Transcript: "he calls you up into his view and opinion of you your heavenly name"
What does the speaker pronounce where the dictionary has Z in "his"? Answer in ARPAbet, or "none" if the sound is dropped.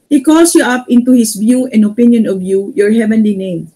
S